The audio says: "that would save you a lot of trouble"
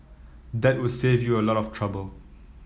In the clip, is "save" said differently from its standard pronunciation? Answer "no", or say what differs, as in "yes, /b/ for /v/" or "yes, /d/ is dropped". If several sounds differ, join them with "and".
no